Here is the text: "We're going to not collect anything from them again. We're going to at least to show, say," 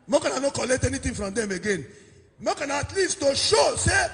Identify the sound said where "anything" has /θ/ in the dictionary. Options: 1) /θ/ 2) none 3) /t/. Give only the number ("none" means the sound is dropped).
3